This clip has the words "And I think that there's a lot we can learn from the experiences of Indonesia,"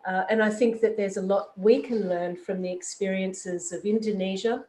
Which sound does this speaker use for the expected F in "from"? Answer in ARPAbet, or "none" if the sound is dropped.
F